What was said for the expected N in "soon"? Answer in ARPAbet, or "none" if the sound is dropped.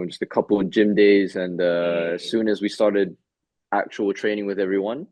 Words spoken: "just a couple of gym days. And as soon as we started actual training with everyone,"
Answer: N